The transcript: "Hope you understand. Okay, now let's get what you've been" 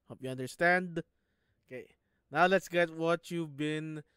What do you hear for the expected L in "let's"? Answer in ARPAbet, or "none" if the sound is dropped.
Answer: L